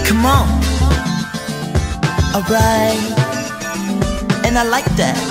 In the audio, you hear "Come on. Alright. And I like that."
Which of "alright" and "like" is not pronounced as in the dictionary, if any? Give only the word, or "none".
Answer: alright